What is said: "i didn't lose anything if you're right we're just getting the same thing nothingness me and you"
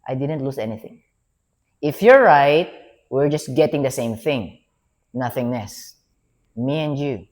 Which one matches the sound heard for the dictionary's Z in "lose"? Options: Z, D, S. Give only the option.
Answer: S